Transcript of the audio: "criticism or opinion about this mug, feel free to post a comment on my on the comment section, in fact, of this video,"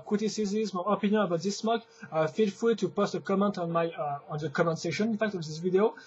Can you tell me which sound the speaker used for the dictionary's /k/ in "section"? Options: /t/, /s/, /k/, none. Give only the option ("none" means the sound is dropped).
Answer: none